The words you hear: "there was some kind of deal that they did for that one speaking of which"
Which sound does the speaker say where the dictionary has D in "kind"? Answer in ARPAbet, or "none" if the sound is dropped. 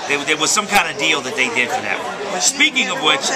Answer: D